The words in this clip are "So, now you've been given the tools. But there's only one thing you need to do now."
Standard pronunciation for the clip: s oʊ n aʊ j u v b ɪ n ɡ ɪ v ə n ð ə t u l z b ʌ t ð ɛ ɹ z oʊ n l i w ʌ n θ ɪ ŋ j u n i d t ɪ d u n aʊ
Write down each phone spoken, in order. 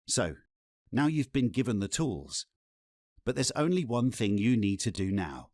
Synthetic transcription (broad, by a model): s oʊ n aʊ j u v b ɪ n ɡ ɪ v ə n ð ə t u l z b ʌ t ð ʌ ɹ z oʊ n l i w ʌ n θ ɪ ŋ j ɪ n i d t ɪ d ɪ n aʊ